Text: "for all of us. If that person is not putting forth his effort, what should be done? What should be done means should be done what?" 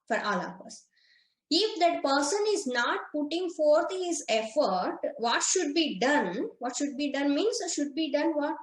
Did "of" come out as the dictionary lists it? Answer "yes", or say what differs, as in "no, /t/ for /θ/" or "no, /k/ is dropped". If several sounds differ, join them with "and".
no, /p/ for /v/